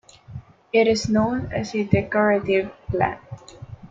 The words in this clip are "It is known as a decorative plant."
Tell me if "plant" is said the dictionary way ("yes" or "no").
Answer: no